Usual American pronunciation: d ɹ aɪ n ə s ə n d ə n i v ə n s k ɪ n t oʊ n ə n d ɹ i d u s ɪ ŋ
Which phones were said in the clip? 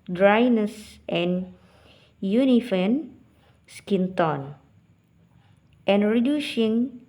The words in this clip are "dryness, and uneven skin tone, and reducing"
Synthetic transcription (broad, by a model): d ɹ aɪ n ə s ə n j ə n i f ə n s k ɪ n t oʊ n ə n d ɹ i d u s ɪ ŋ